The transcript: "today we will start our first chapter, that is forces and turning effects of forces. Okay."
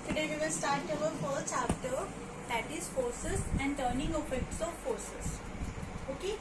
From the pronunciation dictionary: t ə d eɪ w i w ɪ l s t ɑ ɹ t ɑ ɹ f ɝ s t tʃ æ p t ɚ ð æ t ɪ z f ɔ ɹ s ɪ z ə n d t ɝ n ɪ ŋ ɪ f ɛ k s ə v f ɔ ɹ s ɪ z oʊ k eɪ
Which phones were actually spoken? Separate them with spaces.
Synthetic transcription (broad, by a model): t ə d eɪ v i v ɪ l s t ɑ ɹ t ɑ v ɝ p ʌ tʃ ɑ f t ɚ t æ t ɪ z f ɔ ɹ s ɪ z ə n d t ɝ n ɪ ŋ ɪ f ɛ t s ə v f ɔ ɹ s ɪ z oʊ k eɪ